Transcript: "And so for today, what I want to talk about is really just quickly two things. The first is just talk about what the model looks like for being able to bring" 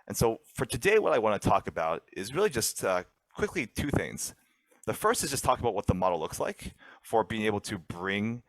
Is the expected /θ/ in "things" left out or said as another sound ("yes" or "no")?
no